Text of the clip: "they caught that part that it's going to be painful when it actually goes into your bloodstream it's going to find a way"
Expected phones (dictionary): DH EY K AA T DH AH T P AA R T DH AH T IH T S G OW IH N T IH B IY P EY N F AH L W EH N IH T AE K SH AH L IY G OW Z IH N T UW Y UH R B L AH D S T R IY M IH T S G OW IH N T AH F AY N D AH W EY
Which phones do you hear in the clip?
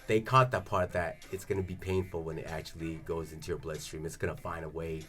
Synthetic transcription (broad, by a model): DH EY K AA T DH AH T P AA R T DH AH T IH T S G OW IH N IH B IY P EY N F L W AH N IH T AE K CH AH L IY G OW Z IH N T UW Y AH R B L AH D S T R IY M IH T S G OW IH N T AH F AY N D AH W EY